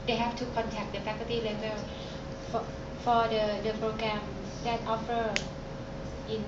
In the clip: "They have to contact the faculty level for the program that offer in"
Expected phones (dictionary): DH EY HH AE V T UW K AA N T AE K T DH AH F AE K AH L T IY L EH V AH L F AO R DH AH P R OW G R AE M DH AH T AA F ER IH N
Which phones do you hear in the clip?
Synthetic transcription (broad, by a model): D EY HH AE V T UW K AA N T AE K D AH P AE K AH T IY L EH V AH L F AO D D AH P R OW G R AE M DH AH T AA F ER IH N